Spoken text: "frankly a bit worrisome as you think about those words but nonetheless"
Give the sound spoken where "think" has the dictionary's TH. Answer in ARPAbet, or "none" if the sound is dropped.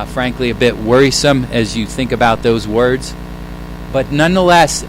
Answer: TH